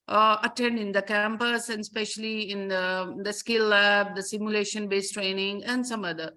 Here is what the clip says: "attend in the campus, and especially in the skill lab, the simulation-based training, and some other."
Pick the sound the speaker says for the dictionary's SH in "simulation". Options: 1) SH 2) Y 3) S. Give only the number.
1